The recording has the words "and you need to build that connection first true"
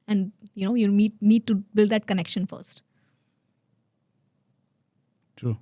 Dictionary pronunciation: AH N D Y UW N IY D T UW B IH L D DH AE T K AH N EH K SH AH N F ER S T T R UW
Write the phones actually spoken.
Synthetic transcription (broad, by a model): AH N D Y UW N IY D T UW B IH L D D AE T K AH N EH K SH AH N F ER S T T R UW